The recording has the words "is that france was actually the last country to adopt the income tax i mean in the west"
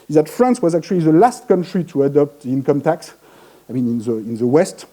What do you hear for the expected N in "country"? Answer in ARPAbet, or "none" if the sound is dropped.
N